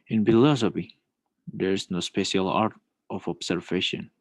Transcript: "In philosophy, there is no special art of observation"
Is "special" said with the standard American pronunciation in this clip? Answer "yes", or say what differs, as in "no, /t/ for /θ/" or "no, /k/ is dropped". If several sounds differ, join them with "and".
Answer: yes